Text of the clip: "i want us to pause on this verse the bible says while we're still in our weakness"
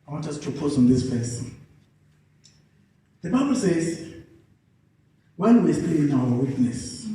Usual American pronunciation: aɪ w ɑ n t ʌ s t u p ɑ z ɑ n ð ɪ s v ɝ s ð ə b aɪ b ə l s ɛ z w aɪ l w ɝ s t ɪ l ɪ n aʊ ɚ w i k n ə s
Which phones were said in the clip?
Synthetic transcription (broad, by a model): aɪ w ɑ n t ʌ s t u p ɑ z ɑ n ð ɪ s p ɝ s ð ə b aɪ b ə l s ɛ z w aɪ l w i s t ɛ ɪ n aʊ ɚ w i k n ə s